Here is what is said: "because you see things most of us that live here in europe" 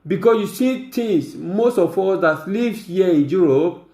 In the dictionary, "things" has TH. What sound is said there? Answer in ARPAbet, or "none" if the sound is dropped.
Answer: T